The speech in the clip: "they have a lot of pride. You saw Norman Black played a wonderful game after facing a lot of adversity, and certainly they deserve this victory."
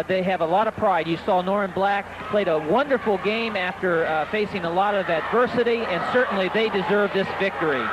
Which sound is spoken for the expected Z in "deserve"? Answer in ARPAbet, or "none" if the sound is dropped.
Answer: Z